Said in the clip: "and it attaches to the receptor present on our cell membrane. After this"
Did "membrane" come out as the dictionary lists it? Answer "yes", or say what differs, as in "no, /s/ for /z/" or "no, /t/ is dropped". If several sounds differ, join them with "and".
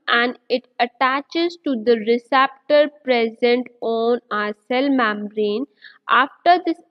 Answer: no, /b/ is dropped